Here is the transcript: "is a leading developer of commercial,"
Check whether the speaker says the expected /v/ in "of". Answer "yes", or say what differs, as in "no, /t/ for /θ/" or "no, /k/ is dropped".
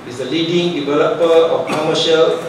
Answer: no, /f/ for /v/